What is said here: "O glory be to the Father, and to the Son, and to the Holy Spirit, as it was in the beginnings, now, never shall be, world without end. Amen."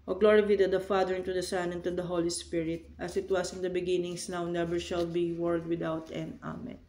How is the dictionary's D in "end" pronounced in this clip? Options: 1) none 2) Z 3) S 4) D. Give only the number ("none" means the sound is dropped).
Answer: 1